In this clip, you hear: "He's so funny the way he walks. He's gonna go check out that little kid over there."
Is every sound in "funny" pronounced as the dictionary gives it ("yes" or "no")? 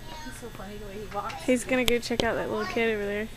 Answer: no